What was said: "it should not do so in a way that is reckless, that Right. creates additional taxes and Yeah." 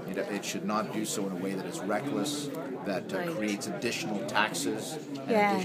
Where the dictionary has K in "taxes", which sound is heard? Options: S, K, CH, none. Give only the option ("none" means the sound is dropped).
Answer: K